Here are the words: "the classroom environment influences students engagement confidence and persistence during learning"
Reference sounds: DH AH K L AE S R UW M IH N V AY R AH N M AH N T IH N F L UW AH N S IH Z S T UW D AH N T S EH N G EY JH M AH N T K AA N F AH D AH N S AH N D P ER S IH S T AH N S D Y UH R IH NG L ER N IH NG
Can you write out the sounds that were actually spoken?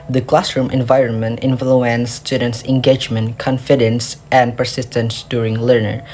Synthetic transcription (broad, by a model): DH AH K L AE S R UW M IH N V AY R AH N M AH N T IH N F L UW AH N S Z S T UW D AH N T S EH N G EY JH M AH N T K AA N F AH D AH N S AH N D P ER S IH S T AH N S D Y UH R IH NG L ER N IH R